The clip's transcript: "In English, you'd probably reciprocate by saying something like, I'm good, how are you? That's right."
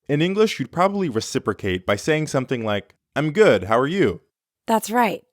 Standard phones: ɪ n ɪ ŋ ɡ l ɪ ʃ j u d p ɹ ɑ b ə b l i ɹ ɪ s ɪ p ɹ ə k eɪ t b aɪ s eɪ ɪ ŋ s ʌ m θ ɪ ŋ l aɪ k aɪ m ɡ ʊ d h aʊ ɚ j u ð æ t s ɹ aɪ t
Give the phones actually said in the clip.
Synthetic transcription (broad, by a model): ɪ n ɪ ŋ ɡ l ɪ ʃ j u d p ɹ ɑ b ə b l i ɹ ɪ s ɪ p ɹ ə k eɪ t b aɪ s eɪ ɪ ŋ s ʌ m θ ɪ ŋ l aɪ k aɪ m ɡ ʊ d h aʊ ɚ j u ð æ t s ɹ aɪ t